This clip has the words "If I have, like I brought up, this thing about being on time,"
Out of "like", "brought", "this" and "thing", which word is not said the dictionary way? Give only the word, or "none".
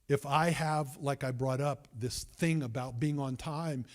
none